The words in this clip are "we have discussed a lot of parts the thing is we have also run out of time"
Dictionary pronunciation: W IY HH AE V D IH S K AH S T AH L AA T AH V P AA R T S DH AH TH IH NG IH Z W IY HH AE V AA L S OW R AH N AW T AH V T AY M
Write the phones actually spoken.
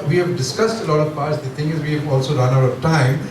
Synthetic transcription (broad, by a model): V IY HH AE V D IH S K AH S T AH L AA T AH V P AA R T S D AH T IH NG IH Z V IY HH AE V AA L S OW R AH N AW T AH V T AY M